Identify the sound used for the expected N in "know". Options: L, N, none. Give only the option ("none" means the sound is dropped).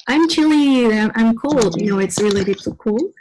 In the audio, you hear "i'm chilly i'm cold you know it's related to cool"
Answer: N